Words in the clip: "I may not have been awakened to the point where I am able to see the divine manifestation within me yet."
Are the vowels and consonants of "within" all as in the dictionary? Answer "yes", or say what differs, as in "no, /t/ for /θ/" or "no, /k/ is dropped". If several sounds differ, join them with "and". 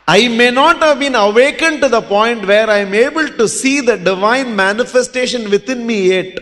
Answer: no, /t/ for /θ/